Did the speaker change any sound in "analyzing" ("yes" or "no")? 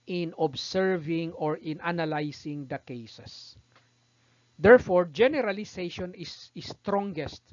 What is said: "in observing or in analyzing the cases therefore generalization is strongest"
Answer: yes